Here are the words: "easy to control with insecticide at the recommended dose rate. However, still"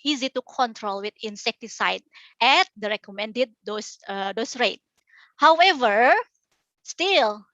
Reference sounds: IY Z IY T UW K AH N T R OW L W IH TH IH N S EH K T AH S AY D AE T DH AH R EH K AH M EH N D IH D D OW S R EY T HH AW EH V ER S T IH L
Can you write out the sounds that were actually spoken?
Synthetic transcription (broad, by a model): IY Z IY T UW K AH N T R OW L W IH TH IH N S EH K T AH S AY D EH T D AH R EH K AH M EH N D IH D D OW S R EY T HH AW EH V ER S T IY L